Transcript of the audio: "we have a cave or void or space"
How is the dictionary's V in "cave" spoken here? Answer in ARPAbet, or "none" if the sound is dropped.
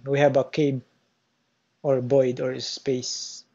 B